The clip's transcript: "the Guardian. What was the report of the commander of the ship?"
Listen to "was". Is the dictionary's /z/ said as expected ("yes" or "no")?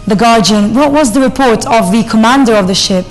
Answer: yes